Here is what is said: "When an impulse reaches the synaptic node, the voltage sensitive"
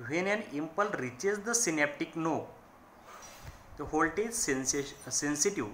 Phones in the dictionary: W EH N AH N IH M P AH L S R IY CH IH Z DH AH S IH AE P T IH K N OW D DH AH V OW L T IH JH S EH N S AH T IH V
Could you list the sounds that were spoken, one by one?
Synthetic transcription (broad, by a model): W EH N AH N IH M P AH L R IY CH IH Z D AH S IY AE P T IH K N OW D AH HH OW L T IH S S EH N S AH T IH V